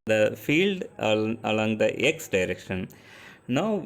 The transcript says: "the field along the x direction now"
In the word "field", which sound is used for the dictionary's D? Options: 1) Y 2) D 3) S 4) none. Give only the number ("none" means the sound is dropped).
2